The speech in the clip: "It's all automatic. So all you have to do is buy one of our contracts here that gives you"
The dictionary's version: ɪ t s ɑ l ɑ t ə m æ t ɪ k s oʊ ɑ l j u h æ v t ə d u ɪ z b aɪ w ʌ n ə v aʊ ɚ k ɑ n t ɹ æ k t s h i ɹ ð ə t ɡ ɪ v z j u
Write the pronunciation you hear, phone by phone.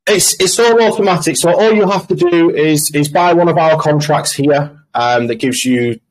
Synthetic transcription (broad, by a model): ɪ t s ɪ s ɑ t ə m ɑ t ɪ k s oʊ ɑ l j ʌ h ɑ f t ə d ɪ ɪ z b aɪ w ʌ n ə v aʊ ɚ k ɑ n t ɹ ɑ k t s h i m ð ə t ɡ ɪ v z j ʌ